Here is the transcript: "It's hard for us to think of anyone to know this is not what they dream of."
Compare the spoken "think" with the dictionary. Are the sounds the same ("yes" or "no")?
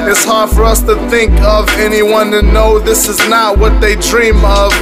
yes